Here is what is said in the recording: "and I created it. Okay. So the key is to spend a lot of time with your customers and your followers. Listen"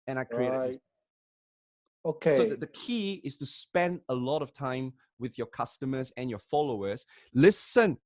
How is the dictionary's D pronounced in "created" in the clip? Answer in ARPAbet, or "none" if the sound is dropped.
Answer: none